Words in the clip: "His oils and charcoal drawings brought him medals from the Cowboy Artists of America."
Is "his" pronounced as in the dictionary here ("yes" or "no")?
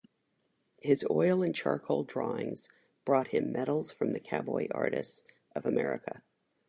yes